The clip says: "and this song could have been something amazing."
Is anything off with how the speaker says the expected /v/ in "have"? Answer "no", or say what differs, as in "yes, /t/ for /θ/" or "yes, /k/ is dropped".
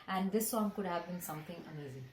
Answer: no